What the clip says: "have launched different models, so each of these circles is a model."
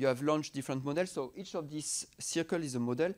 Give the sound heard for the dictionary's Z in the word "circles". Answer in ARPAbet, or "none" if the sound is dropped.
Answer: none